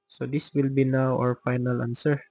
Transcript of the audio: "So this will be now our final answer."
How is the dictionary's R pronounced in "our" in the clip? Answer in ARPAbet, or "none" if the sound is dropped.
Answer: R